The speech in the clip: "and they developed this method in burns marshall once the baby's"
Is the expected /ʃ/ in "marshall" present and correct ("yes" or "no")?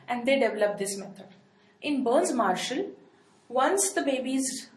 yes